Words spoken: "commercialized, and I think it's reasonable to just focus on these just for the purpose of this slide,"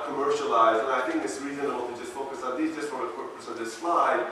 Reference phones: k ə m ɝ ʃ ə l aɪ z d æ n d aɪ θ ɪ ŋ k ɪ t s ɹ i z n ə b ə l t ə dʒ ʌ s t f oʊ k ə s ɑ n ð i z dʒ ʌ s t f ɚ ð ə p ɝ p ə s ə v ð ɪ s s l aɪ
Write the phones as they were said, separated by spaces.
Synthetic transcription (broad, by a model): k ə m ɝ ʃ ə l aɪ z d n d aɪ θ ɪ ŋ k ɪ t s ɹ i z ə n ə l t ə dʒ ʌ s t f oʊ k ə s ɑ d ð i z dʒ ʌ s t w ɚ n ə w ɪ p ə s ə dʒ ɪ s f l aɪ